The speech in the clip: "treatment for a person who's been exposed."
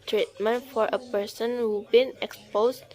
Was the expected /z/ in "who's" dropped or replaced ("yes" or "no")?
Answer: yes